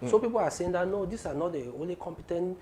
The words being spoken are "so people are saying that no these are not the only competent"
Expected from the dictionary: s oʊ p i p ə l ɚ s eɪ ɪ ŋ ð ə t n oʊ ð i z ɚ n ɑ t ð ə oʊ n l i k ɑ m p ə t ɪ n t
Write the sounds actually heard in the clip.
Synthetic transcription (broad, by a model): s oʊ p i p ə l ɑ s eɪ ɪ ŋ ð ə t n oʊ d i s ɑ n ɑ t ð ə oʊ n l i k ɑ m p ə t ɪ n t